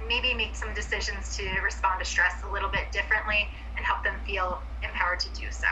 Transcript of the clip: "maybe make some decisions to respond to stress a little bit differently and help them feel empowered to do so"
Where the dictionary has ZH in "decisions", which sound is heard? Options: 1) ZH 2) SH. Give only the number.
1